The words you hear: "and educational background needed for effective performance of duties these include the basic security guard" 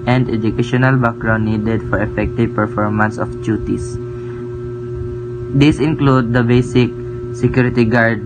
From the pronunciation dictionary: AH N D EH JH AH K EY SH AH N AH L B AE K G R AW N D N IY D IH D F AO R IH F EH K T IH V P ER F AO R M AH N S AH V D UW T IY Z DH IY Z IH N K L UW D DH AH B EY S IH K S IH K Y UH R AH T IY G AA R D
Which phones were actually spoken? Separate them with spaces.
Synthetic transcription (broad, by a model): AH N D EH JH AH K EY SH AH N AH L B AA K R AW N N IY D IH D F AO R IH F EH K T IH V P ER F AO R M AH N S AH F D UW T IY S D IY S IH N K L UW D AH B EY S IH K S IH K Y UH R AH T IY G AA R D